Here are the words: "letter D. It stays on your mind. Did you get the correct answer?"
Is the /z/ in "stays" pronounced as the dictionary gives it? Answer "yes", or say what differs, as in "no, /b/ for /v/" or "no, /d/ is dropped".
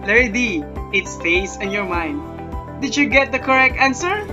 no, /s/ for /z/